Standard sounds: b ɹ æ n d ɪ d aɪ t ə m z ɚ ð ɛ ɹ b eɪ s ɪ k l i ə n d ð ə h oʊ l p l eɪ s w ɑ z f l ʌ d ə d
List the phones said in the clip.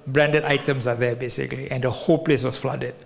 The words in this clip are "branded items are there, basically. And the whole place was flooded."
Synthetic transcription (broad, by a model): b ɹ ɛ n d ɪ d aɪ t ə m s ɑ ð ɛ b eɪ s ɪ k l i ə n d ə h oʊ l p l eɪ s w ɑ s f l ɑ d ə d